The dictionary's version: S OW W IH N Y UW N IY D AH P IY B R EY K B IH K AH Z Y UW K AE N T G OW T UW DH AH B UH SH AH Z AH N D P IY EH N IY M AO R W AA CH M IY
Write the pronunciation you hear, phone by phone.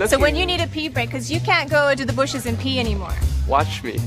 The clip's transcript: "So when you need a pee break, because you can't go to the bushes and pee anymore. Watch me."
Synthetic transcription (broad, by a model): S OW W IH N Y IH N IY D AH P IY B R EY IH K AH Z Y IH K AE N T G OW T UW DH AH B UH SH AH Z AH N P IY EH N IY M AO R W AA CH M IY